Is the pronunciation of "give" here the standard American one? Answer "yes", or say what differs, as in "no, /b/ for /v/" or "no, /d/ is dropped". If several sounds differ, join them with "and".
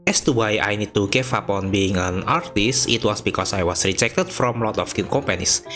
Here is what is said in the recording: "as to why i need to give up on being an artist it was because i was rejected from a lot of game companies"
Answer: no, /f/ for /v/